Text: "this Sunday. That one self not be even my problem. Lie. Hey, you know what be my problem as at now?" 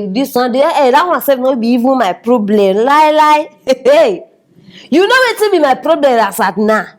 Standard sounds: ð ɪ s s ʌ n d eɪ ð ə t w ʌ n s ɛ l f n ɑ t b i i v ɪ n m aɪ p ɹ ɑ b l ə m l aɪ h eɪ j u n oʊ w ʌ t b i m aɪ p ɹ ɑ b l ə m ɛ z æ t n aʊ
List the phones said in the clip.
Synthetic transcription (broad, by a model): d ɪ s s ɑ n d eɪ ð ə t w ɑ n s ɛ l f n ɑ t b i i v ɪ n m aɪ p ɹ ɑ b l ə m l aɪ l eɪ j u n oʊ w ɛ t b i m aɪ p ɹ ɑ b l ə m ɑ s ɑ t n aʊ